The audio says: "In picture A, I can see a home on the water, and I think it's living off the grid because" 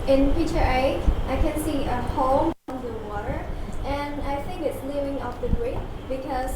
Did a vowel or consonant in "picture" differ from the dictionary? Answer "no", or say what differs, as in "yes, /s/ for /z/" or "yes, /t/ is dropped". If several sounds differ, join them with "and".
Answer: yes, /k/ is dropped